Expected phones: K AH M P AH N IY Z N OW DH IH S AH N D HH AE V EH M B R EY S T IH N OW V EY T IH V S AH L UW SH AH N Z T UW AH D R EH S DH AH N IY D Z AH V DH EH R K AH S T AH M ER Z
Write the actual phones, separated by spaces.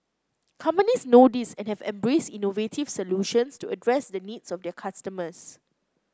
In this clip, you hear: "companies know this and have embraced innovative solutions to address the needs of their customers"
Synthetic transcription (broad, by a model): K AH M P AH N IY S N OW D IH S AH N HH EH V EH M B R EY S T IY N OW V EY T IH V S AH L UW SH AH N S T UW AH D R EH S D AH N IY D S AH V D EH K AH S T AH M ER S